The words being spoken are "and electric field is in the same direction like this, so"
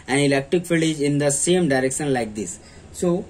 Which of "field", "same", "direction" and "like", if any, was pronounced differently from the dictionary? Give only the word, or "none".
field